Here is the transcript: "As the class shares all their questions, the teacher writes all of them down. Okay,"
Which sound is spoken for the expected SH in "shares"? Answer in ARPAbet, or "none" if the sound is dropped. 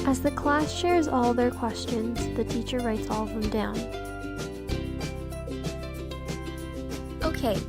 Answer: SH